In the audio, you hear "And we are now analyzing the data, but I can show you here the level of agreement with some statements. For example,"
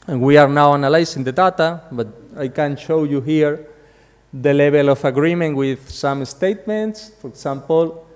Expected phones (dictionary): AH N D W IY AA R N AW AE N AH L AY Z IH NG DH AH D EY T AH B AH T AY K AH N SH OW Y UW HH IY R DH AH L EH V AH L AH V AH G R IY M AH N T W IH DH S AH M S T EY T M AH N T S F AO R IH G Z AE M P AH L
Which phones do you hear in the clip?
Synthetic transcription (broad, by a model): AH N W IY AA R N AW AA N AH L AY S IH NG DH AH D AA T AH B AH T AY K AH N SH OW Y UW HH IY R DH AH L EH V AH L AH F AH G R IY M AH N T W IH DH S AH M S T EY T M AH N T S F AO R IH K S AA M P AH L